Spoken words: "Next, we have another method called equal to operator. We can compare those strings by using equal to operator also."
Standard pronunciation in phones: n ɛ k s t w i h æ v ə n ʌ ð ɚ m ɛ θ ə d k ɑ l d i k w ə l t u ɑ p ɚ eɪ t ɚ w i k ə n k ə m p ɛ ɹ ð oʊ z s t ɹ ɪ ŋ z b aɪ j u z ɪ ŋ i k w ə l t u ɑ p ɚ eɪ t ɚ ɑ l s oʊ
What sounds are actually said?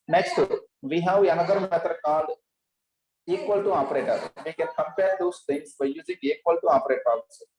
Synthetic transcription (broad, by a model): n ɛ k s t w i h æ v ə n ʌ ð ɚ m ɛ t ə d k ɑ l i k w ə l t u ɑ p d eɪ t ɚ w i k ə n k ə m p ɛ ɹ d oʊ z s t ɪ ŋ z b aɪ j u z ɪ ŋ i k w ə l t u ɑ p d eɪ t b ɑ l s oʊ